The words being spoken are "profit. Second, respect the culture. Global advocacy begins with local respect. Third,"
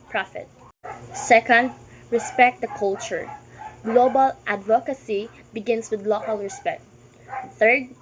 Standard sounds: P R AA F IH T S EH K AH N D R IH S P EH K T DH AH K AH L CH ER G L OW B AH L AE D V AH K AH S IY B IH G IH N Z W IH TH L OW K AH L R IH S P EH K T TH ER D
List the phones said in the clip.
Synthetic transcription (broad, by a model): P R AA F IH T S EH K AH N D R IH S P EH K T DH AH K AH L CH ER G L OW B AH L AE D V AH K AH S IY B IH G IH N S W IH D L OW K AH L R IH S P EH K T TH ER D